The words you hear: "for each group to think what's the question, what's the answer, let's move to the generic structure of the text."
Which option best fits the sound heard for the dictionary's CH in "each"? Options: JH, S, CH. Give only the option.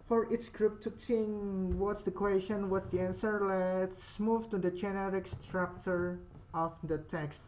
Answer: S